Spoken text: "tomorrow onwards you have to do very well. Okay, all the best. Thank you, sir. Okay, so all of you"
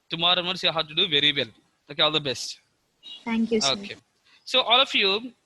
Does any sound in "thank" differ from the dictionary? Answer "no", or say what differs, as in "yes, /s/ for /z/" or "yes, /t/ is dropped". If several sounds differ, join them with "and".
yes, /t/ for /θ/